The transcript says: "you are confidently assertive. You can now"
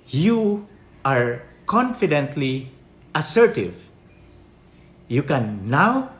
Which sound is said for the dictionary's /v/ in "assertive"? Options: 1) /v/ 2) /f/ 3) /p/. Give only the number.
1